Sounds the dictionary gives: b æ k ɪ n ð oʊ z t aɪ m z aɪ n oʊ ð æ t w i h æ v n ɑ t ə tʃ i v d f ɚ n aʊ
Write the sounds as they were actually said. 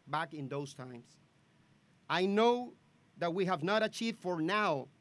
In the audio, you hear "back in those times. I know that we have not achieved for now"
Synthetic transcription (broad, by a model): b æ k ɪ n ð oʊ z t aɪ m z aɪ n oʊ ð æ t w i h æ v n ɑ t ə tʃ i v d f ɚ n aʊ